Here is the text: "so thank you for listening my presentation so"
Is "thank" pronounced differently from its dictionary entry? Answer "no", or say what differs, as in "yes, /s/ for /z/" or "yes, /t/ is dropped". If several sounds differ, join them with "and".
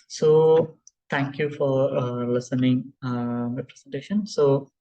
yes, /t/ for /θ/